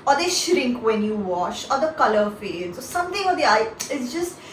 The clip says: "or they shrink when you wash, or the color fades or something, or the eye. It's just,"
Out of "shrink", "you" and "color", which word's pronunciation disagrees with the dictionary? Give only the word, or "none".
none